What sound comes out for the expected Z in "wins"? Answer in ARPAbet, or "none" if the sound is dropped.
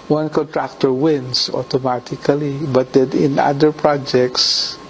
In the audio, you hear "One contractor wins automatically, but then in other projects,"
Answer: S